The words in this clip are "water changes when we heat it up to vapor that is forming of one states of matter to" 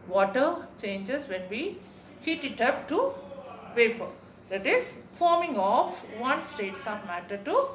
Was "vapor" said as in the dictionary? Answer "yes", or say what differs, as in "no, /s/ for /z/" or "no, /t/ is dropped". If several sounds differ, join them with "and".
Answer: no, /p/ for /v/